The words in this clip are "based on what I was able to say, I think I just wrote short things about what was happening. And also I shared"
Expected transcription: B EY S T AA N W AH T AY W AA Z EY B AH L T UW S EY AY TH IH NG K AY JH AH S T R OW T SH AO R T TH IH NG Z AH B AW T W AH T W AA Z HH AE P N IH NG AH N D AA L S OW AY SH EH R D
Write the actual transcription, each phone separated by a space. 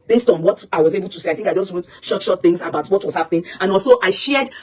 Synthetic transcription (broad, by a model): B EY S T AA N W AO T AY W AA Z EY B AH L T UW S EY AY TH IH NG K AY JH AH S T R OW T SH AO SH T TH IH NG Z AH B AW T W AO T W AA Z HH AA P N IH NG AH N AA L S OW AY SH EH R D